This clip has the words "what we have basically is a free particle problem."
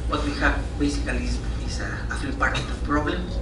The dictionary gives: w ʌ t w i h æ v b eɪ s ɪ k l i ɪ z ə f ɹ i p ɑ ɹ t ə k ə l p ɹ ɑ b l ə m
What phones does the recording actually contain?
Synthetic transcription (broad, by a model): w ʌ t w i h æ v b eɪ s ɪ k l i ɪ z ə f i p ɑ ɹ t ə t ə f p ɹ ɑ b l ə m